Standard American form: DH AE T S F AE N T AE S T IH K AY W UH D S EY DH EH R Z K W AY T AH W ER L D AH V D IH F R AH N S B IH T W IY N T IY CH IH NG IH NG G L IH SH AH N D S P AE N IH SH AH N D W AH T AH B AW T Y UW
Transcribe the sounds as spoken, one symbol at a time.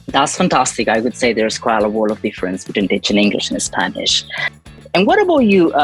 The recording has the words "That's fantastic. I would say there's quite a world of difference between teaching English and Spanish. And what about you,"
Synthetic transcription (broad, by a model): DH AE T S F AE N T AE S T IH K AY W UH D S EY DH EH R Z K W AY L AH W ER L AH V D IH F R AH N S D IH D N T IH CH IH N IH NG G L IH SH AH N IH S P AE N IH SH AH N W AH T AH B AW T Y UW